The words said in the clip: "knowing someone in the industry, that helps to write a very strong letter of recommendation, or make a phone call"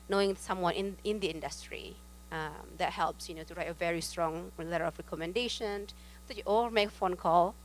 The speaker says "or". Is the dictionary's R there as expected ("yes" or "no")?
no